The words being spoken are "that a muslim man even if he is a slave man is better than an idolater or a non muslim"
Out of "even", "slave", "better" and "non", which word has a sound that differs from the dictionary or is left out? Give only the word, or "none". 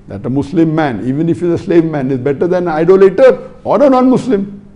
none